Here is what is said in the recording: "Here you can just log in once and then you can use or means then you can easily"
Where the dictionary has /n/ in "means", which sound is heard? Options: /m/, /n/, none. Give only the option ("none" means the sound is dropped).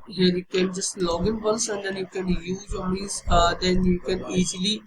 none